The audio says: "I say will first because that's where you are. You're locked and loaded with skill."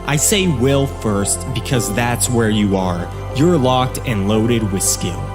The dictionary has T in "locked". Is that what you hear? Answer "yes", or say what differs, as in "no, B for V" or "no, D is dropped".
yes